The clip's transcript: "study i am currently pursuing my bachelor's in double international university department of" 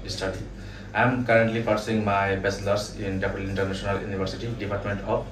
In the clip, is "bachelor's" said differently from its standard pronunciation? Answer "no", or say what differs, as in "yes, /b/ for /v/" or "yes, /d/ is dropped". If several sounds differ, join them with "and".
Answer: yes, /s/ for /tʃ/ and /s/ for /z/